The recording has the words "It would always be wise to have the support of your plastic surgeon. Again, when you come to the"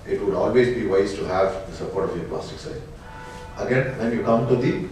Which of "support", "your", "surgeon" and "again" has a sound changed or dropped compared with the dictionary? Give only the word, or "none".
surgeon